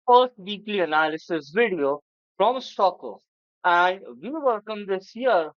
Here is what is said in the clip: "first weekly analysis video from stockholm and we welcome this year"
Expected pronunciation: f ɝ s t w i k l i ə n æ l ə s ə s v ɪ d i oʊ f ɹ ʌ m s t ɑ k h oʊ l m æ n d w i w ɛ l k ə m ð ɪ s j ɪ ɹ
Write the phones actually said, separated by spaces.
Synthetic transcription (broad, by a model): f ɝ s t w i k l i ə n æ l ə s ə s v ɪ d i oʊ f ɹ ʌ m s t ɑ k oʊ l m æ n d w i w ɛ l k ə m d ɪ s j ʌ ɹ